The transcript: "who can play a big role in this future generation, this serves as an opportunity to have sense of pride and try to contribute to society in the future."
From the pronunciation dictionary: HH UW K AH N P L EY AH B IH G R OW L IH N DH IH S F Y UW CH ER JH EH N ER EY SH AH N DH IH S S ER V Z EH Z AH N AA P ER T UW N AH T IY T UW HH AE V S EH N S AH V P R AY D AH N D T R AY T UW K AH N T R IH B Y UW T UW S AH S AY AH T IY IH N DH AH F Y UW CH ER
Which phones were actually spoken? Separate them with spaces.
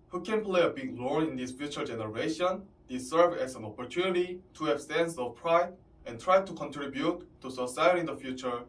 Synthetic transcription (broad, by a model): HH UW K AH N P L EY AH B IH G L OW N IH N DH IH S F Y UW CH ER JH EH N ER EY SH AH N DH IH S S ER V EH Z AH N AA P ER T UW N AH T IY T UW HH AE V S EH N S AH V P R AY D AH N T R AY T UW K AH N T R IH B Y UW T UW S AH S AY AH T IY N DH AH F Y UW CH ER